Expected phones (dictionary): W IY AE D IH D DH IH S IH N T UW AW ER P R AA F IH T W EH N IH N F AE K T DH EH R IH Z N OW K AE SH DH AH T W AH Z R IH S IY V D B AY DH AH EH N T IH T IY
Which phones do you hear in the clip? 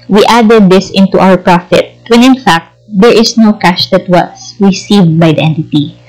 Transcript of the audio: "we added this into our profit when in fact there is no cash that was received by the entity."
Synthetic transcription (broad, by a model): W IY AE D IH D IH S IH N T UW AW ER P R AA F IH T W EH N IH N F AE K T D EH R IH S N OW K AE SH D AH T W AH S R IH S IY V D B AY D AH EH N T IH T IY